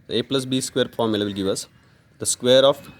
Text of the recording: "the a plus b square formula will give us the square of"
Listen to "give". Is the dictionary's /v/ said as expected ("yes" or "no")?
yes